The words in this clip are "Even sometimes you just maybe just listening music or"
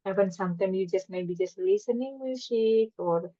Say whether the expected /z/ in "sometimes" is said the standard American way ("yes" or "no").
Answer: no